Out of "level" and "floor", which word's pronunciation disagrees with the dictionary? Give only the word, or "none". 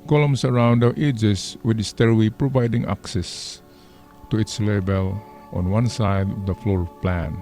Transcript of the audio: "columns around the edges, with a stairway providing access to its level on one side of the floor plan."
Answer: level